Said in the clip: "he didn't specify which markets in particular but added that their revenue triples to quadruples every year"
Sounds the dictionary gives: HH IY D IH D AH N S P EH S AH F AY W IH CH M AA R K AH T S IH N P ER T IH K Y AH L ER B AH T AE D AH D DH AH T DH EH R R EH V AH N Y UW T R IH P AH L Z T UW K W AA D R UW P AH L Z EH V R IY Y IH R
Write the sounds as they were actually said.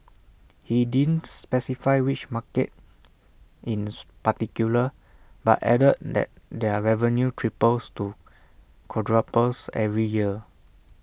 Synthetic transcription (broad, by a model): HH IY D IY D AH N S P EH S AH F AY W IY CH M AA K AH T IH N P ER T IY K Y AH L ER B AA T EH D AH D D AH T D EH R R EH V AH N Y UW T R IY P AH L S T UW K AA D R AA P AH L S EH V R IY Y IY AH